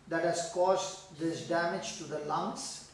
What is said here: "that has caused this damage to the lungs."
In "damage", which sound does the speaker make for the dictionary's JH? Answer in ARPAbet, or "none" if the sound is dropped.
JH